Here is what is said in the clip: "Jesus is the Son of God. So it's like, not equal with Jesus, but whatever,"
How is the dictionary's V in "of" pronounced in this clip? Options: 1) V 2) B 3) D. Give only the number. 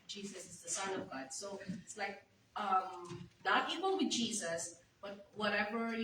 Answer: 1